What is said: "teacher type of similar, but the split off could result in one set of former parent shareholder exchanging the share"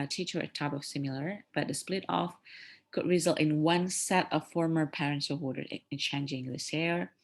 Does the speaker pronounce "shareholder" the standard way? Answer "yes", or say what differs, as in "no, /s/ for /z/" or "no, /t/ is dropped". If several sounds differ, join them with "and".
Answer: no, /s/ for /ʃ/